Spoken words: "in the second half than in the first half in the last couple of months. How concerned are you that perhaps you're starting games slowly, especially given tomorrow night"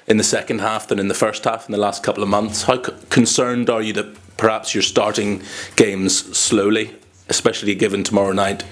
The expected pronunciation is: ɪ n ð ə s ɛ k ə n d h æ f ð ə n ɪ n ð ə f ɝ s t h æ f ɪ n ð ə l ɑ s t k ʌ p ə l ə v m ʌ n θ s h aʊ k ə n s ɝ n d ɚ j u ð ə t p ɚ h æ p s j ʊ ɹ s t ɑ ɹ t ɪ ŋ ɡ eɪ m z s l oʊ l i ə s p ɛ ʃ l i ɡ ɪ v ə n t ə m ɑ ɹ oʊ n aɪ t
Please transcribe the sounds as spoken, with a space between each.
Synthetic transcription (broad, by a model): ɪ n ð ə s ɛ k ə n d h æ f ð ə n ɪ n ð ə f ɝ s t h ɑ f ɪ n ð ə l ɑ s t k ʌ p l ə v m ʌ n θ s h aʊ k ə n s ɝ n d ɚ j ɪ ð ə t p ɚ h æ p s j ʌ ɹ s t ɑ ɹ t ɪ ŋ ɡ eɪ m z s l oʊ l i ə s p ɛ ʃ l i ɡ ɪ v ə n t ə m ɑ ɹ oʊ n aɪ t